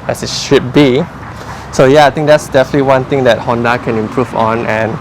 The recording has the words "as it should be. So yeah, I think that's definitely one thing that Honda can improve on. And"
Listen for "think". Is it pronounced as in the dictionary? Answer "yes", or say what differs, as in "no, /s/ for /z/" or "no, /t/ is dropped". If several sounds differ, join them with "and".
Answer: no, /t/ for /θ/